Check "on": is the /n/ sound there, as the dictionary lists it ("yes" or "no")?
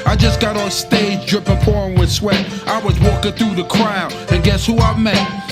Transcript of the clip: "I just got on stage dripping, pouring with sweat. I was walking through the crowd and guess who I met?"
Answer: no